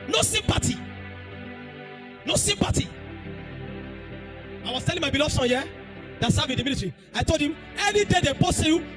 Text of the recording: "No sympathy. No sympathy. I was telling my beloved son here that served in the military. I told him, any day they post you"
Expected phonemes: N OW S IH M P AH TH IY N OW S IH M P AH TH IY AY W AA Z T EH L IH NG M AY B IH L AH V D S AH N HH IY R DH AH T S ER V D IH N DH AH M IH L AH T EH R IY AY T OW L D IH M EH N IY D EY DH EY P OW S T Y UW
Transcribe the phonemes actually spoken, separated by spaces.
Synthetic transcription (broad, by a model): N OW S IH M P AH T IY N OW S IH M P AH T IY AY W AA S T EH L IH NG M AY B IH L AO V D S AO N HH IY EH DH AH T S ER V IH N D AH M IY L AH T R IY AY T OW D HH IH M EH N IY D EY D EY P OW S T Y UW